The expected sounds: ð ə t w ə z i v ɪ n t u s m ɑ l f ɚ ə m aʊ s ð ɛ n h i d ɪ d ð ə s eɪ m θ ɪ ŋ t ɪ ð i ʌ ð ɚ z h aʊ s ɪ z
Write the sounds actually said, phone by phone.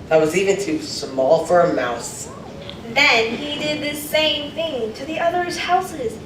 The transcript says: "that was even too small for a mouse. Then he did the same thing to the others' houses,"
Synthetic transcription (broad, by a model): ð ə t w ə z i v ɪ n t u s m ɑ l f ɚ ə m aʊ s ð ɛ n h i d ɪ d ð ə s eɪ m θ ɪ ŋ t ɪ ð i ʌ ð ɚ z h aʊ s ɪ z